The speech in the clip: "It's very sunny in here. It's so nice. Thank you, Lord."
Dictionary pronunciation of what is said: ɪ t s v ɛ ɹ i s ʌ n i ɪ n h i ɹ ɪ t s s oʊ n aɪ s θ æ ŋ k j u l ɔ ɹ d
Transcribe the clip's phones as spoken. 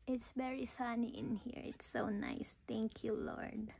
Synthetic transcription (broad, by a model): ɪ t s v ɛ ɹ i s ʌ n i ɪ n h i ɹ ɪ t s s oʊ n aɪ s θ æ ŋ k j u l ɔ ɹ d